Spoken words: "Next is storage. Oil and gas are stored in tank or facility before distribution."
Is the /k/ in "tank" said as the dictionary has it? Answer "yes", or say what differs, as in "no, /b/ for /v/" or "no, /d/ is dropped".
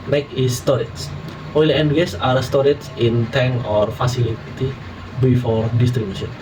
no, /k/ is dropped